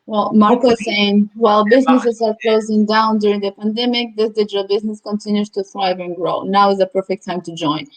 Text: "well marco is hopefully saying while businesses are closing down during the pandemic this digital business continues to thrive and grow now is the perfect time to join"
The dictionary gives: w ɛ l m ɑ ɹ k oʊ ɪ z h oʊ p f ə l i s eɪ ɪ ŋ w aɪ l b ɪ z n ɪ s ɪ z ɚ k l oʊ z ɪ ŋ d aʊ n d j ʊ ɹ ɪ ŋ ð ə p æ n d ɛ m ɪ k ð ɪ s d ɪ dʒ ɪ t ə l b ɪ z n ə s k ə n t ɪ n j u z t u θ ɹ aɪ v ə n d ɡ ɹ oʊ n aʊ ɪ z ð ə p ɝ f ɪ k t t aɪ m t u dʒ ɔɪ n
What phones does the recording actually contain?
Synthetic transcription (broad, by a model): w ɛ l m ɑ ɹ k oʊ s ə i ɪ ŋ w aɪ l b ɪ z n ɪ s ɪ z ɚ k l oʊ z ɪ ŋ d aʊ n d j ʊ ɹ ɪ ŋ ð ə p æ n d ɛ m ɪ k ð ɪ s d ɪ dʒ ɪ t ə l b ɪ z n ə s k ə n t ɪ n j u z t u θ ɹ aɪ v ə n ɡ ɹ oʊ n aʊ ɪ z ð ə p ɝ f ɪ k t t aɪ m t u dʒ ɔɪ n